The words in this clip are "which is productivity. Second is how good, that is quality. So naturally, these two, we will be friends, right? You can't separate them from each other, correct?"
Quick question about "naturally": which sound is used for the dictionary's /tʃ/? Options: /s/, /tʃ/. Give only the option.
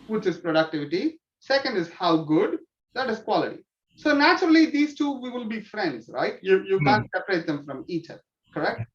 /tʃ/